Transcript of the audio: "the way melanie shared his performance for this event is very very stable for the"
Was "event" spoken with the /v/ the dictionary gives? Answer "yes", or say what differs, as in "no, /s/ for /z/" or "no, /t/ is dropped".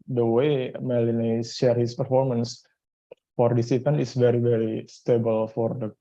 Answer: no, /p/ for /v/